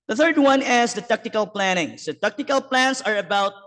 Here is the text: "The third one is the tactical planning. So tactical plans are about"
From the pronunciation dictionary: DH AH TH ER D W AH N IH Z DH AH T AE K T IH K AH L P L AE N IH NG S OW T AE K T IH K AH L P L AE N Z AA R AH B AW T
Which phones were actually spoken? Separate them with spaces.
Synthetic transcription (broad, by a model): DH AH TH ER D W AH N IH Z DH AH T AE K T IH K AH L P L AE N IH NG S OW T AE K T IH K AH L P L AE N S AA R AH B AW T